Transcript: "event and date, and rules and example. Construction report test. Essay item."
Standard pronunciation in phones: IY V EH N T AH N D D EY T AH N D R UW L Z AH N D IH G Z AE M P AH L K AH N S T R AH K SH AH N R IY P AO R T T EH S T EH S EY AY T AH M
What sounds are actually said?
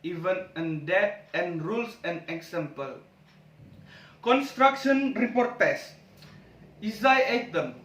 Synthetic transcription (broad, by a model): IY V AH N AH N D D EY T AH N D R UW L S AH N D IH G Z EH M P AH L K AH N S T R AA K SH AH N R IY P AO R T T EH S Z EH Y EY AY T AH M